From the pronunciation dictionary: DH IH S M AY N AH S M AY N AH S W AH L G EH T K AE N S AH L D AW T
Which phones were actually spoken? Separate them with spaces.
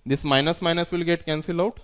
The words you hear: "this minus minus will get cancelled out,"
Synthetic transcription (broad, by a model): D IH S M AY N AH S M AY N AH S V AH L G EH T K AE N S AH L AW T